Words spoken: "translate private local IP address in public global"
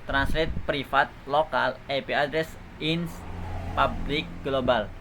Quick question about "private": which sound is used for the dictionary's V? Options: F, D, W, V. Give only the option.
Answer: F